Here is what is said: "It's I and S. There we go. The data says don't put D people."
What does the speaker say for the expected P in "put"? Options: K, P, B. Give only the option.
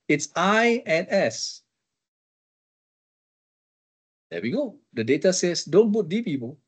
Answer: B